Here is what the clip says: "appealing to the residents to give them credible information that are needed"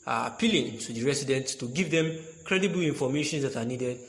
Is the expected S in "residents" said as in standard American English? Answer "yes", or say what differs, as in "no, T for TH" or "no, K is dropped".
no, S is dropped